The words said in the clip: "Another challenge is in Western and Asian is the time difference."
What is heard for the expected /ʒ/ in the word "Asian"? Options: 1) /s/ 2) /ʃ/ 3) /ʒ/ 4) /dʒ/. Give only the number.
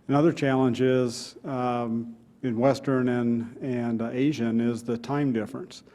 3